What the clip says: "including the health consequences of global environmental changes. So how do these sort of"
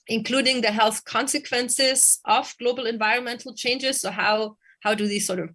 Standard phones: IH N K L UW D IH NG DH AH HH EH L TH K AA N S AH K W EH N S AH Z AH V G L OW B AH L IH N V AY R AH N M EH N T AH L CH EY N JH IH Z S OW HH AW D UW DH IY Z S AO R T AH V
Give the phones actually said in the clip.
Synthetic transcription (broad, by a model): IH N K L UW D IH NG DH AH HH EH L TH K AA N S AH K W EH N S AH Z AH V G L OW B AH L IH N V AY R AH N M EH N T L CH EY N JH IH Z S OW HH AW D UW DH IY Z S AO R T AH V